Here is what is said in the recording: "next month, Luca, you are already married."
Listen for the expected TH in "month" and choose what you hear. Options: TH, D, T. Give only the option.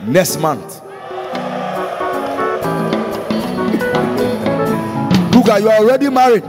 T